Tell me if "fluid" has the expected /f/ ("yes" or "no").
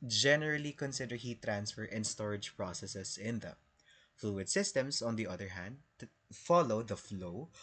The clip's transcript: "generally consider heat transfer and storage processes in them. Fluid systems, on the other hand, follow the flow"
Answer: yes